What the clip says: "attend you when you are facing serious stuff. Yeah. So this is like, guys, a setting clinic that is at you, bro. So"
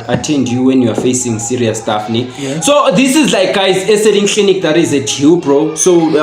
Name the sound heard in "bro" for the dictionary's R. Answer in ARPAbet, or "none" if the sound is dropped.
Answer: R